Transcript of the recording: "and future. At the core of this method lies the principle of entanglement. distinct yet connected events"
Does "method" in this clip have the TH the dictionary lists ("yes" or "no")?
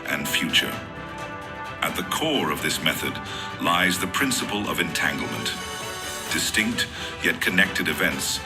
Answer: yes